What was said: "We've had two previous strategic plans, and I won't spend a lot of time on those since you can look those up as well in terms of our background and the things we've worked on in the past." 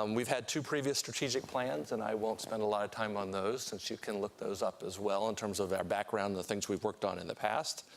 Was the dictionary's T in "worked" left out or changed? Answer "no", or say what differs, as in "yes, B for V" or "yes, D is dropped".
no